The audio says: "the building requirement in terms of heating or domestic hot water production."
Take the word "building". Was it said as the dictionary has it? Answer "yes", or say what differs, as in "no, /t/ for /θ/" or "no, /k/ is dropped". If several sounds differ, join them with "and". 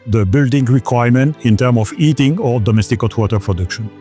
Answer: yes